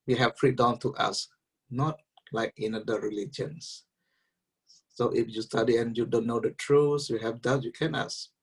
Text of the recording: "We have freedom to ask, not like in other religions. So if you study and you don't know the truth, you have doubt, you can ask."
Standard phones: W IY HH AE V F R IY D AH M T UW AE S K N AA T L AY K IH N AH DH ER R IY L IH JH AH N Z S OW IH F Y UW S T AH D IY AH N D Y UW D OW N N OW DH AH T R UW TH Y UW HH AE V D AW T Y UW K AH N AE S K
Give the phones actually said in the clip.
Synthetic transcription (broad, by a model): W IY HH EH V F R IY D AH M T UW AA S N AA T L AY K IH N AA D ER R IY L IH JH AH N S OW IH F Y UW S T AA D IY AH N Y UW D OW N N OW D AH T R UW S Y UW HH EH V D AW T Y UW K AH N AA S